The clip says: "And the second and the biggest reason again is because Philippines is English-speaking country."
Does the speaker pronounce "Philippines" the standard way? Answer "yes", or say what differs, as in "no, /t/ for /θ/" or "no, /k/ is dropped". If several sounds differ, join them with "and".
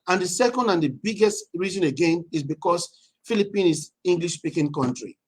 no, /z/ is dropped